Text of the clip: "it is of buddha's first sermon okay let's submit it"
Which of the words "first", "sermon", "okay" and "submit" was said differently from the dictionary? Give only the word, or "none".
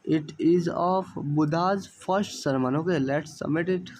submit